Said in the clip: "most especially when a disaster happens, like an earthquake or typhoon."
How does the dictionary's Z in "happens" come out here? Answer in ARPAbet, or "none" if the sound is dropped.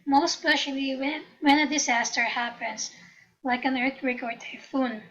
S